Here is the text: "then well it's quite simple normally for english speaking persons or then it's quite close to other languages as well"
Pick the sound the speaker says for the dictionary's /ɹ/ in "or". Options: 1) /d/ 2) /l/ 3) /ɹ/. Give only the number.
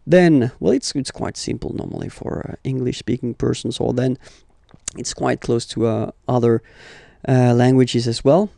2